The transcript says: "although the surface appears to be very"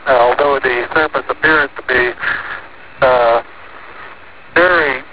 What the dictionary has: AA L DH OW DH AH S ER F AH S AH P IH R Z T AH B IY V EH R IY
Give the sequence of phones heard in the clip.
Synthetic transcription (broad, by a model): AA L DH OW DH AH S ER P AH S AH P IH R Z T AH B IY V EH R IY